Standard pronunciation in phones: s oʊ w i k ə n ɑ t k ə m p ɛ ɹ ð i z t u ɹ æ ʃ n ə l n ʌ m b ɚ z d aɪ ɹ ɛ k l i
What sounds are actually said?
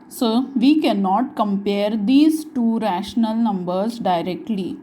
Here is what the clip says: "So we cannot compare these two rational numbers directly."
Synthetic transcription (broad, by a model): s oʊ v i k ə n ɑ t k ə m p ɛ ɹ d i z t u ɹ æ ʃ n ə l n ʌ m b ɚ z d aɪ ɹ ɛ k l i